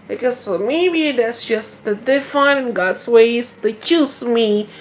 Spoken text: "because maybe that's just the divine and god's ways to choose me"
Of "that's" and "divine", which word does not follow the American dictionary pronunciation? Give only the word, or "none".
divine